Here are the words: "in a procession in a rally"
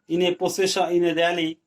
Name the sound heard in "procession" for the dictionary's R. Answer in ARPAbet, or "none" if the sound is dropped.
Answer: none